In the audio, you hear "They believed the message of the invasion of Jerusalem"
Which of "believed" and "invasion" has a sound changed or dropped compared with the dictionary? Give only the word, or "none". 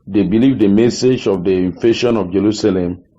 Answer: invasion